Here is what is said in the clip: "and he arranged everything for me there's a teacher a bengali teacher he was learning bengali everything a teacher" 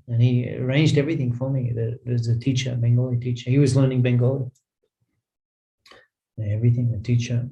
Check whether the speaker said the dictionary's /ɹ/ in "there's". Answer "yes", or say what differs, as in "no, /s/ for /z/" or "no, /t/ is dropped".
no, /w/ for /ɹ/